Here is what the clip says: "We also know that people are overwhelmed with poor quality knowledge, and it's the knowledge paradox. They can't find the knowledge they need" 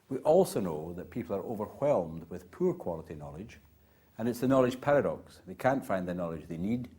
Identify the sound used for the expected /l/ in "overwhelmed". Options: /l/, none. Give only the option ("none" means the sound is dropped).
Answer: /l/